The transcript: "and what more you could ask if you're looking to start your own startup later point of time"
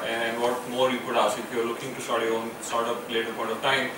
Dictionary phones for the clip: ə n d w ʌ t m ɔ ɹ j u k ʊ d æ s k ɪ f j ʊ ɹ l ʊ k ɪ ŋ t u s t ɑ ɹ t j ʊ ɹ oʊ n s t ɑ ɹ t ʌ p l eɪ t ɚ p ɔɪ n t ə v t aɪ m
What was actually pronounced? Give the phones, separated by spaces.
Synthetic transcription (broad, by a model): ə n d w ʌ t m ɔ ɹ j u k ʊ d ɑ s ɪ f j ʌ ɹ l ʊ k ɪ ŋ t u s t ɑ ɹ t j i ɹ oʊ n s t ɑ ɹ t ʌ p l eɪ t ɚ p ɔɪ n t ə v t aɪ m